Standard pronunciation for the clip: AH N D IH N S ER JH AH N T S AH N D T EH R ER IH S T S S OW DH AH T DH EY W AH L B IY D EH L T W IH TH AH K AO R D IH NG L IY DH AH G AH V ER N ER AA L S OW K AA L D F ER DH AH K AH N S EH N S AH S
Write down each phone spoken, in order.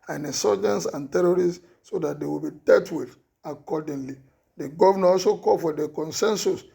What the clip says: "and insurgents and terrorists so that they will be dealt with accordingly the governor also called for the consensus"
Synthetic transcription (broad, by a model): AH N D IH S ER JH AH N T S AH N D T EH R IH T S S OW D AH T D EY W AH L B IY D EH T W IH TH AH K AO D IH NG L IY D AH G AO V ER N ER AA L S OW K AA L F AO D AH K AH N S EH N S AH S